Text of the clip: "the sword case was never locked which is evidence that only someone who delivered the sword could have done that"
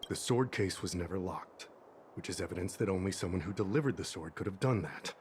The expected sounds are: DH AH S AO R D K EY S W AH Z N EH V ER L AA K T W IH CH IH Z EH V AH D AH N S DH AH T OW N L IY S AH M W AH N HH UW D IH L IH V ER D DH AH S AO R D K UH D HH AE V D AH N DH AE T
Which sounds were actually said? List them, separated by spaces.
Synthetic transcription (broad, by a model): DH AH S AO R D K EY S W AH Z N EH V ER L AA K T W IH CH IH Z EH V AH D AH N S DH AH T OW N L IY S AH M W AH N HH UW D IH L IH V ER D DH AH S AO R D K UH D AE V D AH N DH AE T